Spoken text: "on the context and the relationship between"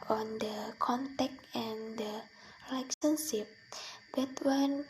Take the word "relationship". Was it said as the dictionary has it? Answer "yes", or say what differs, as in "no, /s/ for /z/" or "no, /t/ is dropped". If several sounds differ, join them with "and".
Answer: no, /l/ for /ɹ/